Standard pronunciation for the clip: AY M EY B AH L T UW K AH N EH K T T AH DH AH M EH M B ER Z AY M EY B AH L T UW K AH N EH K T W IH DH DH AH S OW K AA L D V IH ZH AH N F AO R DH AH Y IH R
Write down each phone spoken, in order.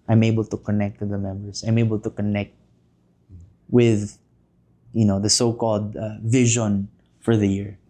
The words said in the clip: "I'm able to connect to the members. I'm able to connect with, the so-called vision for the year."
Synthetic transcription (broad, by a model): AY M EY B AH L T UW K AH N EH K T T AH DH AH M EH M B ER S AY M EY B AH L T UW K AH N EH K T W IH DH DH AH S OW K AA L D V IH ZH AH N F AO R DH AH Y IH R